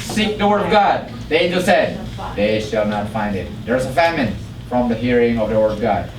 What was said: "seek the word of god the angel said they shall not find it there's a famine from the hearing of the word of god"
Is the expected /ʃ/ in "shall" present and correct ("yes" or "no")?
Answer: yes